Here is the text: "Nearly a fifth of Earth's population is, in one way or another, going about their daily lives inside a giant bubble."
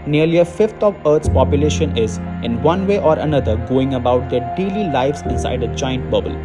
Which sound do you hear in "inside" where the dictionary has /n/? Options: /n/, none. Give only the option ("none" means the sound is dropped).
none